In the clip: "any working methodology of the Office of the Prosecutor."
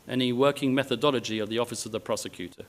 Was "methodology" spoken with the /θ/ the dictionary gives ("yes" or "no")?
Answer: yes